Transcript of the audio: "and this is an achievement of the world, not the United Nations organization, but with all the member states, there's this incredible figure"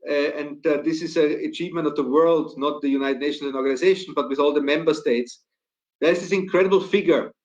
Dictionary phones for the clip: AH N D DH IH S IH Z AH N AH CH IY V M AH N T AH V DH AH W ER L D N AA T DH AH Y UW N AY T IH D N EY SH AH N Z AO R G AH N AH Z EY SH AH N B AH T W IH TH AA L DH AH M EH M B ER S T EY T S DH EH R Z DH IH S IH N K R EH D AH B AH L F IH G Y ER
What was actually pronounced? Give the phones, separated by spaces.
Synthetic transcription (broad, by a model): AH N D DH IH S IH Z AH AH CH IY V M AH N T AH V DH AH W ER L D N AA T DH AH Y UW N AY T IH D N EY SH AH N AO R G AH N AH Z EY SH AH N B AH T W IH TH AA L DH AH M EH M B ER S T EY T S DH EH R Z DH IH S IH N K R EH D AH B L F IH G Y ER